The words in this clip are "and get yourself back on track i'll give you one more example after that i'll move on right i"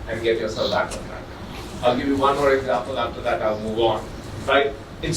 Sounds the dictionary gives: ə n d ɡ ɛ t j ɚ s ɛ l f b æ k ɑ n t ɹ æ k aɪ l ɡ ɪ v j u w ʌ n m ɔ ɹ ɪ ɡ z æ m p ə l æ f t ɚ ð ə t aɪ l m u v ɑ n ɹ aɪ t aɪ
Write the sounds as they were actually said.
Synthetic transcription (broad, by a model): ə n ɡ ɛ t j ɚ s ɛ l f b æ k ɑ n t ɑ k aɪ l ɡ ɪ v j u w ʌ n m ɔ ɹ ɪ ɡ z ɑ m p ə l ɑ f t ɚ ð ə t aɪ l m u v ɑ n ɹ aɪ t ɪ